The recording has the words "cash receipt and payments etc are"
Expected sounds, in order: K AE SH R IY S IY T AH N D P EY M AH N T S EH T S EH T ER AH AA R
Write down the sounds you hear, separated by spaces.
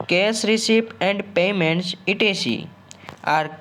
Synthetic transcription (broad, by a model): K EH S R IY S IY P AH N D P EY M AH N T S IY T IY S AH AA R